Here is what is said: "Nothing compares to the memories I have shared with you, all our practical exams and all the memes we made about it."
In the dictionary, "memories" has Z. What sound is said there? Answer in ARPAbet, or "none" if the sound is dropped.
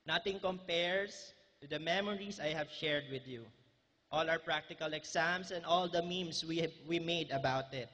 S